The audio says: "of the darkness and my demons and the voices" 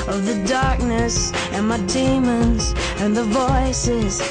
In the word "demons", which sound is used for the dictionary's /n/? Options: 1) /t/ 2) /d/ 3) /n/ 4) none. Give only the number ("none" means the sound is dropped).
3